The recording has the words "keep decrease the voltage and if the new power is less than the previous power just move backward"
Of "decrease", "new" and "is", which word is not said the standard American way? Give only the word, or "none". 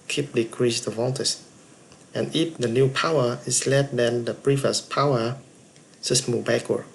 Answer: is